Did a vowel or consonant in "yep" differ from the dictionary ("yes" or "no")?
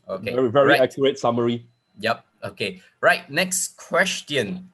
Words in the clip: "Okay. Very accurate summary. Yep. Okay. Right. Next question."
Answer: no